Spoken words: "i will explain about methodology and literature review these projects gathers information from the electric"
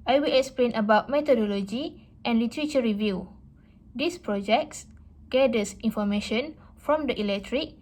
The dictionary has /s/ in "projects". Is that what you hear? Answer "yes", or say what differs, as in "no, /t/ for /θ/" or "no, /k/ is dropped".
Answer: yes